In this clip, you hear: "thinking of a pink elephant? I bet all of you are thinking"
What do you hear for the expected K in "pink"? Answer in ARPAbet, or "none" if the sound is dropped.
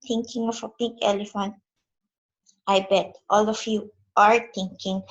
K